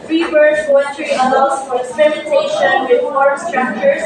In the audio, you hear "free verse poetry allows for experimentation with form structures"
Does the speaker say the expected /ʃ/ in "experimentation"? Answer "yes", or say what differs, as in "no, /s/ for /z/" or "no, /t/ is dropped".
yes